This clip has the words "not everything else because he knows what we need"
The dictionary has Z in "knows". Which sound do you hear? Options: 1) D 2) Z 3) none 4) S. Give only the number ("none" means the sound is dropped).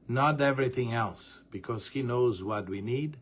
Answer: 2